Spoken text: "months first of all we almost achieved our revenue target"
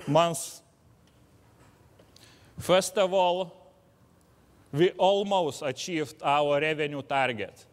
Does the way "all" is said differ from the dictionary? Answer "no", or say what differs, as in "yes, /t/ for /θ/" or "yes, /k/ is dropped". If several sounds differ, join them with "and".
no